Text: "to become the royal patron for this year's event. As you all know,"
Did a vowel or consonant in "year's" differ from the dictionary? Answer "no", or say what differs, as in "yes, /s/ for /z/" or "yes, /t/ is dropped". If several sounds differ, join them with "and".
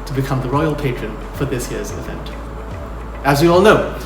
no